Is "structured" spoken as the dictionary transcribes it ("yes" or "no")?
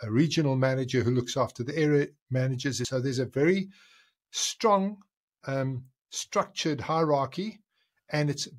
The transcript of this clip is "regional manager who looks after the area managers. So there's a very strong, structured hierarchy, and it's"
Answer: yes